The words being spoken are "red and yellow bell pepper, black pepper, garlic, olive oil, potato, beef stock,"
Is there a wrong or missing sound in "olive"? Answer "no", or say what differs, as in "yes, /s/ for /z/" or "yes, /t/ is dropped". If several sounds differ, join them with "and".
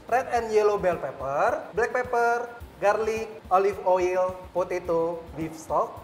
yes, /f/ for /v/